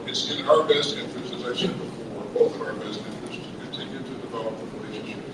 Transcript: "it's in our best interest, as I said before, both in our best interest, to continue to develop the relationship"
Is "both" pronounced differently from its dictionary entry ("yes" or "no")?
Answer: yes